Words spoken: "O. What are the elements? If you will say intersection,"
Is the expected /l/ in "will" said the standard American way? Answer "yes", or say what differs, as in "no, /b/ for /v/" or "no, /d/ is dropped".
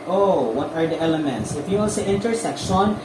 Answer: no, /n/ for /l/